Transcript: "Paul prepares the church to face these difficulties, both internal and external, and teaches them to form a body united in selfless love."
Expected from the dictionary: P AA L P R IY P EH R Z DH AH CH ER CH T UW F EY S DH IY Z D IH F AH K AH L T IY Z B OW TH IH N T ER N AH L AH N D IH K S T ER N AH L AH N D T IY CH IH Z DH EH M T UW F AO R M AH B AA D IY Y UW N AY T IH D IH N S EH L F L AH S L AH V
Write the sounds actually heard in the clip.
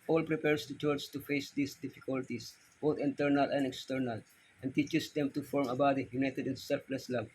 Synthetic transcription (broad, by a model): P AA L P R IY P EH R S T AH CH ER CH T UW F EY S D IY S D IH F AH K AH L T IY S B OW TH IH N T ER N AH L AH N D IH K S T ER N AH L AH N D T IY CH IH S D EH M T UW F AO R M AH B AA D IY Y UW N AY T IH D IH N S EH L F L AH S L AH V